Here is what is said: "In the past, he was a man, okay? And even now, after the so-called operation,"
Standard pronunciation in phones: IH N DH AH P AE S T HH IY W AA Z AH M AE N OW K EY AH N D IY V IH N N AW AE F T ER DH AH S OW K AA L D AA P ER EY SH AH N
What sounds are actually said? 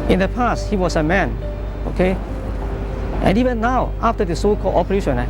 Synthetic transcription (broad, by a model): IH N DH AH P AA S T HH IY W AA S AH M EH N OW K EY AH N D IY V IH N N AW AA F T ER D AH S OW K AA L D AA P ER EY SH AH N